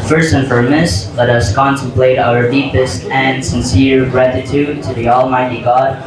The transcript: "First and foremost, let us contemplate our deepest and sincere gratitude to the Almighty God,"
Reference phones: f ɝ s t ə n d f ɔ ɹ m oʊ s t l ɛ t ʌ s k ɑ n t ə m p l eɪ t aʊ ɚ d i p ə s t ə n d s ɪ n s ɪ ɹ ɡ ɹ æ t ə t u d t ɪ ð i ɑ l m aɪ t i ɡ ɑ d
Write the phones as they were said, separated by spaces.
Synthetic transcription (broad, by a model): f ɝ s t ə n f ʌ ɹ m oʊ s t l ɛ t ʌ s k ɑ n t ə m p l eɪ t aʊ ɚ d i p ə s t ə n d s ɪ n s ɪ ɹ ɡ ɹ æ t ə t u d t ɪ ð i ɑ l m aɪ t i ɡ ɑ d